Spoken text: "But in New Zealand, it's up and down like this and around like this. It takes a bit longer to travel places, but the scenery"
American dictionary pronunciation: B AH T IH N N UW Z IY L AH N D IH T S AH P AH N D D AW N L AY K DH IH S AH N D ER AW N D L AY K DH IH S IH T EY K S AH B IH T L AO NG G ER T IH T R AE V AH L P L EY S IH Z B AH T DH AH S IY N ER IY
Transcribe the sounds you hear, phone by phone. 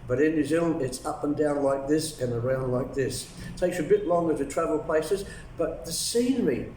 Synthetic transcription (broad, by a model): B AH T IH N N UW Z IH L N IH T S AH P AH N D D AW N L AY K DH IH S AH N ER AW N D L AY K DH IH S T EY K S AH B IH T L AO NG G ER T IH T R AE V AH L P L EY S IH Z B AH T DH AH S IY N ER IY